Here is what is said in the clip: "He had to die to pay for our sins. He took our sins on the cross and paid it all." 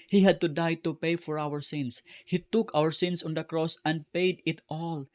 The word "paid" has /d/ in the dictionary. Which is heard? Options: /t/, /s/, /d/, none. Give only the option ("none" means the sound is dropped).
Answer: /d/